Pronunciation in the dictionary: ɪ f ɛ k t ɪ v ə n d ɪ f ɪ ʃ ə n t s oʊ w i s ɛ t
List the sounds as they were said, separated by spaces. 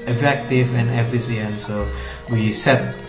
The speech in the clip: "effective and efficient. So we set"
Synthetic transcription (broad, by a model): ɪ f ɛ k t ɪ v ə n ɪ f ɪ s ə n s oʊ w i s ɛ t